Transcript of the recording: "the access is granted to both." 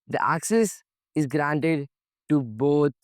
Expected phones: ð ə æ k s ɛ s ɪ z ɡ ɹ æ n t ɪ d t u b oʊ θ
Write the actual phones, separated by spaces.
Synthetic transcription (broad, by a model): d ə æ k s ɛ s ɪ z ɡ ɹ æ n t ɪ d t u b oʊ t